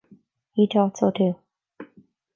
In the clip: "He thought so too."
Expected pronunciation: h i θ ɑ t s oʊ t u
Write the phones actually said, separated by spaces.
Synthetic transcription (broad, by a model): h i t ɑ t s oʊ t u